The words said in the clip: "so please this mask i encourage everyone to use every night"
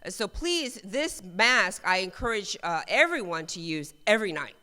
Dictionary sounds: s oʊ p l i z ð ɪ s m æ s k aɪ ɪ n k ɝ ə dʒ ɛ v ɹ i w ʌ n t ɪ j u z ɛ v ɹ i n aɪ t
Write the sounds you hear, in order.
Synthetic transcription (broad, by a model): s oʊ p l i z ð ɪ s m æ s k aɪ ɪ n k ɝ ə dʒ ɛ v ɹ i w ʌ n t ɪ j u z ɛ v ɹ i n aɪ t